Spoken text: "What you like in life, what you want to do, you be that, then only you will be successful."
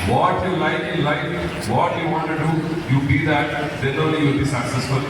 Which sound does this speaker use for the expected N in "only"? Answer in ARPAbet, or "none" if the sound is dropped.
none